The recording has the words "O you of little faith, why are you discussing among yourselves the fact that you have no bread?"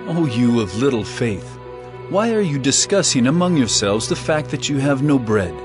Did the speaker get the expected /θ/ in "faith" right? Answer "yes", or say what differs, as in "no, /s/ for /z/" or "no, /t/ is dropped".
yes